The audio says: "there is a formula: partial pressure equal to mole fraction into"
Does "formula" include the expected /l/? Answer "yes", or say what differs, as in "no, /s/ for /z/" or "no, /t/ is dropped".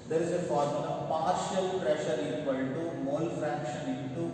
no, /n/ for /l/